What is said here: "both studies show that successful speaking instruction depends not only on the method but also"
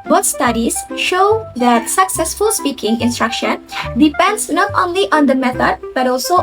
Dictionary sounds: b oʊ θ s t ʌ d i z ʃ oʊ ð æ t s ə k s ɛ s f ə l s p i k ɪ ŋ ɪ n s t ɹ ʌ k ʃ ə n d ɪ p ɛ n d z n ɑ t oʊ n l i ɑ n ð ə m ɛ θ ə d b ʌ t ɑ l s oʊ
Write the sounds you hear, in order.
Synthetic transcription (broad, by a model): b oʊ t s t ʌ d i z ʃ oʊ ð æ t s ə k s ɛ s f ə l s p i k ɪ ŋ ɪ n s t ɹ ʌ k ʃ ə n d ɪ p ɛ n d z n ɑ t oʊ n l i ɑ n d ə m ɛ t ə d b ʌ t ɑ l s oʊ